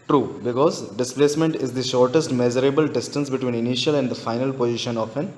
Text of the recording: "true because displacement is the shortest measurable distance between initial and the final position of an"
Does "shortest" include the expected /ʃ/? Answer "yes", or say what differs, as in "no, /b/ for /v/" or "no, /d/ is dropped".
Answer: yes